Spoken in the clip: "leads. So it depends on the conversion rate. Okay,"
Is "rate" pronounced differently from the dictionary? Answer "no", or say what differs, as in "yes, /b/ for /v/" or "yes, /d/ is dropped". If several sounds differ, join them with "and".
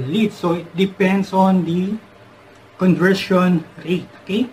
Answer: no